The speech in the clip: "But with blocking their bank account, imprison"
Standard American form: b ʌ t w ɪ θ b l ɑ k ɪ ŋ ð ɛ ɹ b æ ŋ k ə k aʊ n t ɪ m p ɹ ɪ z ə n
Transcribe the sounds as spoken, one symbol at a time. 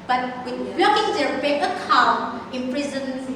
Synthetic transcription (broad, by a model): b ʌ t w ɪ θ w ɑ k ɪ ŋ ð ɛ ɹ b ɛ k ə k aʊ n t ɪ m p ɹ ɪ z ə n